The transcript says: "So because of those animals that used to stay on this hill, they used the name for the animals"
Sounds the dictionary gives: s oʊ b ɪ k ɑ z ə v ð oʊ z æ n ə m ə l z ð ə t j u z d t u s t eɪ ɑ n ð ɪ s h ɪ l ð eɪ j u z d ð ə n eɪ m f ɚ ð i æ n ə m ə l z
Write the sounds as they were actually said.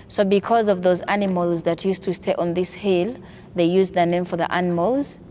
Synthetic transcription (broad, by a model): s oʊ b ɪ k ɑ z ə v ð oʊ z æ n ə m ə l z ð ə t j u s t u s t eɪ ɑ n ð ɪ s h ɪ l ð eɪ j u z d ð ə n eɪ m f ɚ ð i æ n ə m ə l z